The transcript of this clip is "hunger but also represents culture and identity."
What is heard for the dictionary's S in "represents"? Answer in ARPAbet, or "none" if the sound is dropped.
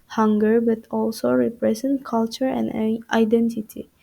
none